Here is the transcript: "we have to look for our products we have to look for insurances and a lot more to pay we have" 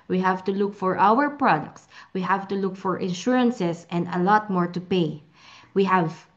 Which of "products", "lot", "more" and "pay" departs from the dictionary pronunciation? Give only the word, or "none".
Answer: none